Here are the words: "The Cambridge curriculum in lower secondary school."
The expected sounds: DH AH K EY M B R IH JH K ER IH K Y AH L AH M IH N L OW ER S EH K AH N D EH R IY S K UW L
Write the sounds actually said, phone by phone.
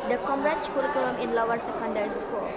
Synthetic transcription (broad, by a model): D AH K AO M R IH CH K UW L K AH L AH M IH N L OW ER S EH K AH N D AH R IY S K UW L